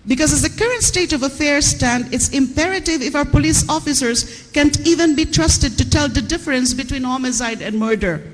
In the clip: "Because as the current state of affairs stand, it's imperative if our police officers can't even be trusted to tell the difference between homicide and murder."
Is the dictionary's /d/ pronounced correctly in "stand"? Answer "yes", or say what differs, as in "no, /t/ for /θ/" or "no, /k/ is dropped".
yes